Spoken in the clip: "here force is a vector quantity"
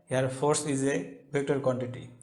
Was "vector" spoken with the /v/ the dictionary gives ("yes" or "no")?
no